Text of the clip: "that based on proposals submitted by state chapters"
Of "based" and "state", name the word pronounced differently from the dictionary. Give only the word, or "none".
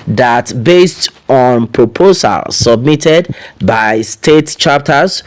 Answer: none